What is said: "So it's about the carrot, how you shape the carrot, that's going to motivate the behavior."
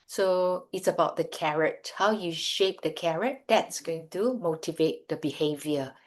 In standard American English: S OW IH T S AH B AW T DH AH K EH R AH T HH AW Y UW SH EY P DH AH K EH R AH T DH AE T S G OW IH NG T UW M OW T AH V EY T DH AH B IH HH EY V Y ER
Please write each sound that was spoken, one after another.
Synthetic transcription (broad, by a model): S OW IH T S AH B AW T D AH K EH R AH T HH AW Y UW SH EY P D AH K EH R AH T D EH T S G OW IH NG T UW M OW T AH V EY T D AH B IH HH EY V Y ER